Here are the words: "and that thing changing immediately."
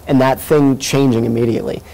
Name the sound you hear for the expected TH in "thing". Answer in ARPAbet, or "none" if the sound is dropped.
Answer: TH